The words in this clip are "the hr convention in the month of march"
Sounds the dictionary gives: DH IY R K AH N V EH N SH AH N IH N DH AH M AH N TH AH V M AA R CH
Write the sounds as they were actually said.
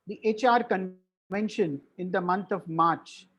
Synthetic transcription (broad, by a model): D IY R K AH N V EH N SH AH N IH N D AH M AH N T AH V M AA R CH